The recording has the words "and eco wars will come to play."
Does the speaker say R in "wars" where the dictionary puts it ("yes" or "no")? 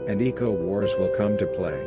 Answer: yes